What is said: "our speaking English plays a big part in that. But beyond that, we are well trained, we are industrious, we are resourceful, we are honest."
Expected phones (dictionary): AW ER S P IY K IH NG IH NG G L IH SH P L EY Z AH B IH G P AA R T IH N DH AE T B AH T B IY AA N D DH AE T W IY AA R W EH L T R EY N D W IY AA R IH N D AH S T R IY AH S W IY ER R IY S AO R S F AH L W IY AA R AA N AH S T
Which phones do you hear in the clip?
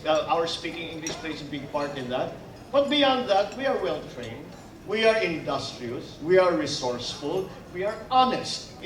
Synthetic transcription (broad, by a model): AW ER S P IY K IH NG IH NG G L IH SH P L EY S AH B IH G P AA R T IH N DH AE T B AH T B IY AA N D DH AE T W IY AA R W EH L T R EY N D W IY AA R IH N D AH S T R IY AH S W IY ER R IY S AO R S F AH L W IY AA R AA N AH S T